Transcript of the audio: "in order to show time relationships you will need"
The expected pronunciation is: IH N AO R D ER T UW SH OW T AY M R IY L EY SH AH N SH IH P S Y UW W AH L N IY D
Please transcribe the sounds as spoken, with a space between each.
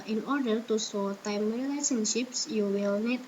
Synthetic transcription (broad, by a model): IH N AO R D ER T UW S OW T AY M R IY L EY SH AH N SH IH P S Y UW W AH L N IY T